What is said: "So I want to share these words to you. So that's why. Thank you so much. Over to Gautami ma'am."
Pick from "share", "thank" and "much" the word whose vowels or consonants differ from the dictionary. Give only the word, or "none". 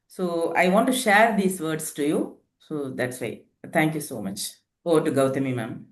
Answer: thank